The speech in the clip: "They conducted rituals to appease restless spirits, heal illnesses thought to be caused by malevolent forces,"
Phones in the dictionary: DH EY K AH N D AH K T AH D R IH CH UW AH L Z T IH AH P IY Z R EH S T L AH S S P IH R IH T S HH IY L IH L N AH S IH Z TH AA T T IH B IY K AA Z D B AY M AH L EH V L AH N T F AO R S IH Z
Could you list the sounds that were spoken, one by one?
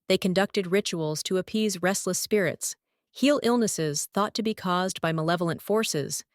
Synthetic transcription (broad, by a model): DH EY K AH N D AH K T AH D R IH CH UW L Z T IH AH P IY Z R EH S T L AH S S P IH R IH T S HH IY L IH L N AH S IH Z TH AA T T IH B IY K AA Z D B AY M AH L EH V L AH N T F AO R S IH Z